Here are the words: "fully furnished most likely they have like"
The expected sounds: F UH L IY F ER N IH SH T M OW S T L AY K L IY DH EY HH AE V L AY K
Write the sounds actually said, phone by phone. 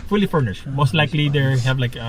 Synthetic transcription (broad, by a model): F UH L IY F ER N IH SH T M OW S T L AY K L IY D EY HH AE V L AY K